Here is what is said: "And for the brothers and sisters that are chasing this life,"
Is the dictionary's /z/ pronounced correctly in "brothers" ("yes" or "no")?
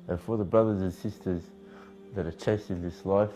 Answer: yes